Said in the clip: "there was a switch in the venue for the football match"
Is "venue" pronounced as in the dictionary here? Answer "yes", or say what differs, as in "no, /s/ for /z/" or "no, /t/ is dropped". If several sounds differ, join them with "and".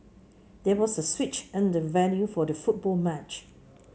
no, /l/ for /n/